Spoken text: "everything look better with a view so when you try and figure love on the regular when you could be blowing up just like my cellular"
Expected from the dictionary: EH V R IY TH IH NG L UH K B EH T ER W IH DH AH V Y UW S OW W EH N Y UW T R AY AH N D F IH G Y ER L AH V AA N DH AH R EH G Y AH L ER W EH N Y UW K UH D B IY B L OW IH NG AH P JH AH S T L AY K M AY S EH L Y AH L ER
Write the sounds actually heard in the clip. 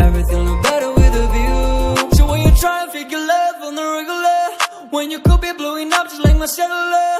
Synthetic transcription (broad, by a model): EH V R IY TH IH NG N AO B EH T ER W IH DH AH V Y UW S OW W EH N Y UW T R AY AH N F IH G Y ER L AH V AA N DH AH R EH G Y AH L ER W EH N Y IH K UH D B IY B L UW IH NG AH P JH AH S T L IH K M AY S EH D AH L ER